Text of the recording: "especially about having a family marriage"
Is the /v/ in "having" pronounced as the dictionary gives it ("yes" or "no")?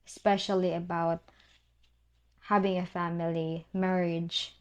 yes